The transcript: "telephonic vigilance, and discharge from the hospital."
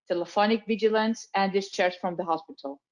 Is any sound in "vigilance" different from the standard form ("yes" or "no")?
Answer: no